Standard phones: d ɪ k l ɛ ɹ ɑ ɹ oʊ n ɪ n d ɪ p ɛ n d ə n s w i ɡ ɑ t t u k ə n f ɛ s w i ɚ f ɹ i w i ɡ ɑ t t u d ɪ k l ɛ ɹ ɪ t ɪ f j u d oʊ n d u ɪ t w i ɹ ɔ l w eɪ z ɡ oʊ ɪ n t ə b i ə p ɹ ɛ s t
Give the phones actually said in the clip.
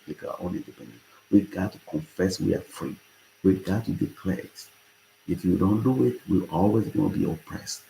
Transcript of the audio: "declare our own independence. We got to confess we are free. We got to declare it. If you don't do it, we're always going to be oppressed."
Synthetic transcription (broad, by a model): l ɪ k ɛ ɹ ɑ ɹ oʊ n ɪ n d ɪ p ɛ n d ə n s w i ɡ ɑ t t u k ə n f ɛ s w i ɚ f ɹ i w i ɡ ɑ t t u d ɪ k l ɛ ɹ ɪ t ɪ f j u d oʊ n d u ɪ t w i l ɔ l w eɪ z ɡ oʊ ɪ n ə b i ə p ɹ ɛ s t